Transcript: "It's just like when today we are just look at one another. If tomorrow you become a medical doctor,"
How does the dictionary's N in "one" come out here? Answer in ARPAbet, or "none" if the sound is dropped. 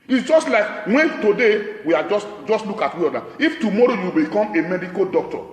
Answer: none